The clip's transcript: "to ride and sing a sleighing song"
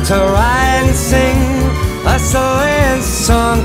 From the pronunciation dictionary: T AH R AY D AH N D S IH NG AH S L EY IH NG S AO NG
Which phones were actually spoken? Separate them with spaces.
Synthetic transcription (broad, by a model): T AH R AY AH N S IH NG AH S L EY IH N S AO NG